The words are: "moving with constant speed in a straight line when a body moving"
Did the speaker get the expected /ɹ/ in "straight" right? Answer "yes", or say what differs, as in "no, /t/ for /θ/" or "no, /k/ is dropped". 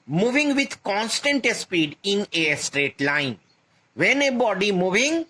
yes